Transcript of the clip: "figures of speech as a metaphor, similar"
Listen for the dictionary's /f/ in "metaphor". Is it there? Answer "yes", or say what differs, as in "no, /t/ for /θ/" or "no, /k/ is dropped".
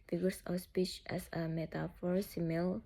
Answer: yes